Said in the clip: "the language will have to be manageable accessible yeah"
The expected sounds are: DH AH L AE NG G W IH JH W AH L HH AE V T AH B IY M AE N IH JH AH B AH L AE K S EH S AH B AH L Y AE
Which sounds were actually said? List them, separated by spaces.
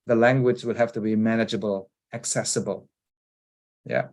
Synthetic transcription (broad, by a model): DH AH L AE NG G W IH JH W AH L HH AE F T AH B IY M AE N IH JH AH B AH L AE K S EH S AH B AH L Y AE